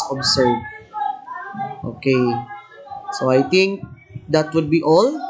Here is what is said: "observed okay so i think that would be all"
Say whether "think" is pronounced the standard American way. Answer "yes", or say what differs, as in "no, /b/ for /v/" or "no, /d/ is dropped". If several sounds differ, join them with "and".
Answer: no, /t/ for /θ/